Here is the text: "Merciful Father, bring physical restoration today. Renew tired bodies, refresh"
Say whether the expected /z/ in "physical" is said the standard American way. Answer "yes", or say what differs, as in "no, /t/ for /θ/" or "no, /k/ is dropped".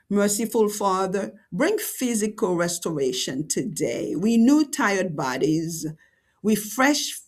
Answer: yes